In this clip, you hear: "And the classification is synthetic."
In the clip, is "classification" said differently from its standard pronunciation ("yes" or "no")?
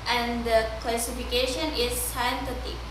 no